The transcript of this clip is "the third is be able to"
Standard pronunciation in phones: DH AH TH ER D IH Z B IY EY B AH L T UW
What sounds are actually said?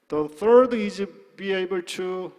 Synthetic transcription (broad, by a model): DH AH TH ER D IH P B IY EY B AH L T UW